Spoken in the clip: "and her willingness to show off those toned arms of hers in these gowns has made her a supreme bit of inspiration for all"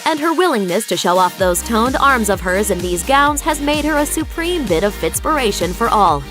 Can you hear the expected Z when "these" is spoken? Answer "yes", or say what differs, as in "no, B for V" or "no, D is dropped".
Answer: yes